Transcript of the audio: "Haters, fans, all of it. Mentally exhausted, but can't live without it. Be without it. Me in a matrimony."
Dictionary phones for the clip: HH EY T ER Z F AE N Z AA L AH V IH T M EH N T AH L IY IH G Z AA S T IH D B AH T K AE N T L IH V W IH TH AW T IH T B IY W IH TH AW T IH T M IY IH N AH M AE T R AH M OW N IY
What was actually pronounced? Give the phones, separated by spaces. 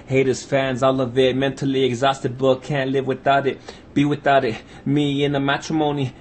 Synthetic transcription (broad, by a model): HH EY T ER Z F AE N Z AA L AH V IH T M EH N T L IY IH G Z AA S T IH D B AH T K AE N T L IH V W IH TH AW T IH T B IY W IH TH AW T IH T M IY IH N AH M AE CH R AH M OW N IY